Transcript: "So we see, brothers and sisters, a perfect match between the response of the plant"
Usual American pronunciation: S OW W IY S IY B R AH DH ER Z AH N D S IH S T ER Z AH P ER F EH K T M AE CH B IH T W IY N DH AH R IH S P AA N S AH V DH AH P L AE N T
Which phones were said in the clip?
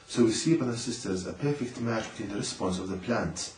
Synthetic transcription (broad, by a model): S OW W IY S IY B AH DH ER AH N S IH S T ER Z AH P ER F EH K T M AE CH B IH T W IY N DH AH R IH S P AA N S AH V DH AH P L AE N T